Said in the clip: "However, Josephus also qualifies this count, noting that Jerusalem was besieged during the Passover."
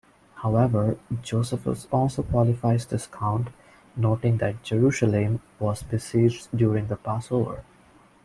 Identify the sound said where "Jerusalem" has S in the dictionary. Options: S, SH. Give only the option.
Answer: SH